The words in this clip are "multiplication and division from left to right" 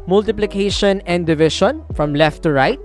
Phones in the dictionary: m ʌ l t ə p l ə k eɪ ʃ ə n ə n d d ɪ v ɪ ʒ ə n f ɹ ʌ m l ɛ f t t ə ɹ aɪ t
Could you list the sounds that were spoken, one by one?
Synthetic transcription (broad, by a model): m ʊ l t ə p l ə k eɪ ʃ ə n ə n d d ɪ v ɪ ʃ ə n f ɹ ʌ m l ɛ f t t ə ɹ aɪ t